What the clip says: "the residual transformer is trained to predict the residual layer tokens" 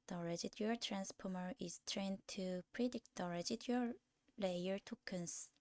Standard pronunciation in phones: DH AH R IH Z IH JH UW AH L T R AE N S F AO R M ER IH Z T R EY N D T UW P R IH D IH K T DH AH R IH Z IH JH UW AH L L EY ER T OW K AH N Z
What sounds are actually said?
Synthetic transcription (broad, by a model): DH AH R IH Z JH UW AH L T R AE N S P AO M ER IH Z T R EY N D T UW P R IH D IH K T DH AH R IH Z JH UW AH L L EY ER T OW K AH N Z